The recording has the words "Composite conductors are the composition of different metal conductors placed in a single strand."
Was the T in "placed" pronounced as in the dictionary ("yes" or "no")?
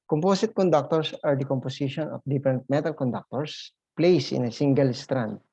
no